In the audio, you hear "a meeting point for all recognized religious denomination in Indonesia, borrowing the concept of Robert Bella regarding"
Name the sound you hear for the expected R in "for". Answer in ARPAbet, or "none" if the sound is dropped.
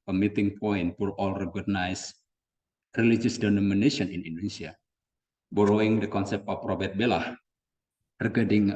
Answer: L